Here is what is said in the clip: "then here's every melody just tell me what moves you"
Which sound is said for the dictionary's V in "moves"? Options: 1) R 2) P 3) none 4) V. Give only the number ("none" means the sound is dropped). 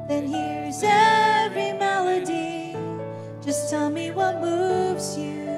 4